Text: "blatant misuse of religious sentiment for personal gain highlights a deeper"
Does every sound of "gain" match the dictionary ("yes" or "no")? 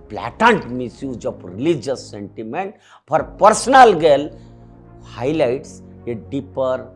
no